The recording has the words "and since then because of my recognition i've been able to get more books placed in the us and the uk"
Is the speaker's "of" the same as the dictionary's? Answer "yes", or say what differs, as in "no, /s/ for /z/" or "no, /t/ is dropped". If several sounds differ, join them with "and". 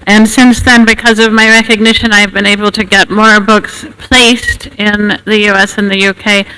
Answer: yes